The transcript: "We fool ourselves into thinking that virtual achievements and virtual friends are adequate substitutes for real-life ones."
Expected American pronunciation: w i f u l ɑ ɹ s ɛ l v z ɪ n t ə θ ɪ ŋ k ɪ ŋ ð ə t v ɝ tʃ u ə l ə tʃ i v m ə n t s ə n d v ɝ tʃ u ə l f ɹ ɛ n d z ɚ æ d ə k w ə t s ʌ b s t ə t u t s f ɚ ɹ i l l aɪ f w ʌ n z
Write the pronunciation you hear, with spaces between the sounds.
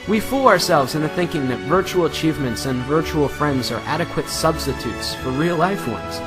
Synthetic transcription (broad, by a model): w i f u l ɑ ɹ s ɛ l v z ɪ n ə θ ɪ ŋ k ɪ ŋ ð ə t v ɝ tʃ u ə l ə tʃ i v m ə n t s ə n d v ɝ tʃ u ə l f ɹ ɛ n d z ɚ æ d ə k w ə t s ʌ b s t ə t u t s f ɚ ɹ i l l aɪ f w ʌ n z